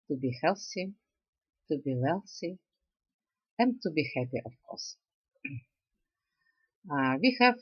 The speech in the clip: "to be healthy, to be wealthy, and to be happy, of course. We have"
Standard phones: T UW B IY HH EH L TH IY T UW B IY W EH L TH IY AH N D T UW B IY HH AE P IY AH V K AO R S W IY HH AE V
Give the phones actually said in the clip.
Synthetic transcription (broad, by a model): T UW B IY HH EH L S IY T UW B IY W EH L S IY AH N T UW B IY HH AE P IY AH F K AO R S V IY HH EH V